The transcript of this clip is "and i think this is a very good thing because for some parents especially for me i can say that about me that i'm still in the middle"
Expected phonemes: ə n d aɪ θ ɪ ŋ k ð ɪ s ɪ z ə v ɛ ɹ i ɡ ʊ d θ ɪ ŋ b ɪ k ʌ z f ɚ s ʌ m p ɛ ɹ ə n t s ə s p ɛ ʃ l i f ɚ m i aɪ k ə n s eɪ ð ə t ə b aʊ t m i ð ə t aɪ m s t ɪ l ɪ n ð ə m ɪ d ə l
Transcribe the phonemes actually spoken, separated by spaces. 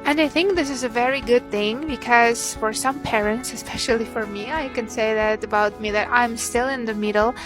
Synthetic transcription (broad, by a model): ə n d aɪ θ ɪ ŋ k ð ɪ s ɪ z ə v ɛ ɹ i ɡ ʊ d θ ɪ ŋ b ɪ k ʌ z f ɚ s ʌ m p ɛ ɹ ə n t s ə s p ɛ ʃ l i f ɚ m i aɪ k ə n s eɪ ð ə t ə b aʊ t m i ð ə t aɪ m s t ɪ l ɪ n ð ə m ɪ d l